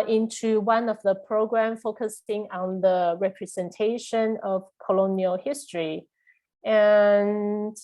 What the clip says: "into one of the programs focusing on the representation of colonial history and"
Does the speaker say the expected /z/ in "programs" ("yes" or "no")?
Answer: no